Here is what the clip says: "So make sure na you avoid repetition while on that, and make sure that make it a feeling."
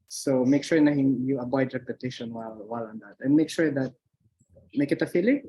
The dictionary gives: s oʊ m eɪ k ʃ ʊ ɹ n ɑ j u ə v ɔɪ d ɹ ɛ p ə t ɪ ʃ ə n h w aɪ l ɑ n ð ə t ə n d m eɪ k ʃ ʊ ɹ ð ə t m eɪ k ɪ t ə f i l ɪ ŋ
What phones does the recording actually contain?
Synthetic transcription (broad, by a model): s oʊ m eɪ k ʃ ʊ ɹ n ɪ j u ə b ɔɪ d ɹ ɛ p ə t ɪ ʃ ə n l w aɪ l ɑ n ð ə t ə n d m eɪ k ʃ ʊ ɹ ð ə t m eɪ k ɪ t ə f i l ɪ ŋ